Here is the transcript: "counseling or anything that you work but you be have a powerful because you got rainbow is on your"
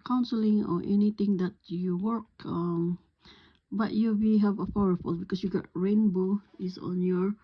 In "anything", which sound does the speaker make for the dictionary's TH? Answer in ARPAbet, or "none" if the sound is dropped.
T